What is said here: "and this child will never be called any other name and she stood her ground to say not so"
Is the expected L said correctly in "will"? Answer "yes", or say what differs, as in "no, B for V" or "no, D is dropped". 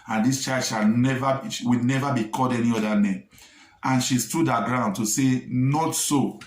no, W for L